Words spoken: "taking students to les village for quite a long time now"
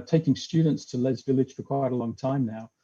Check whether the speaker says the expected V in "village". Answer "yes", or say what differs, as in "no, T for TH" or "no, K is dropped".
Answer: yes